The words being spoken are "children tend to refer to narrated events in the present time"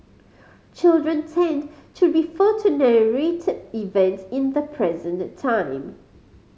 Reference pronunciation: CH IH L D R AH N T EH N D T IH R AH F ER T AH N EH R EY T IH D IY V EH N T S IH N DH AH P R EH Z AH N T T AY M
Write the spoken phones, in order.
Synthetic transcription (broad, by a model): CH IH L D R AH N T EH N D T IH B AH F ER T AH N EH R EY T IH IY V EH N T IH N DH AH P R EH Z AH N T T AY M